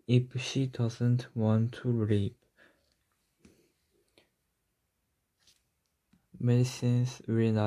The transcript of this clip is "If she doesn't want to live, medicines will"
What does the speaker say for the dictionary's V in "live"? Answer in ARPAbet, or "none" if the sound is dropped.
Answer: P